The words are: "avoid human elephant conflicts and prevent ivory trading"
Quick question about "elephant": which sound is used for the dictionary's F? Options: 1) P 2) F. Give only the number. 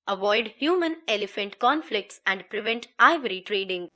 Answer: 2